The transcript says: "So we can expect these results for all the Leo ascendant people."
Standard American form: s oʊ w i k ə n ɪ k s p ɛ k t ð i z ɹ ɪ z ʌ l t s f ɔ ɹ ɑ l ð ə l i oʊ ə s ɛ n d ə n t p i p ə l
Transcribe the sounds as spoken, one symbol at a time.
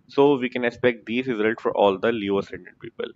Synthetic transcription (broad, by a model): s oʊ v i k ə n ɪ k s p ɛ k t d i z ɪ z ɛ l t f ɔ ɹ ɑ l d ə l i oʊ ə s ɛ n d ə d p i p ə l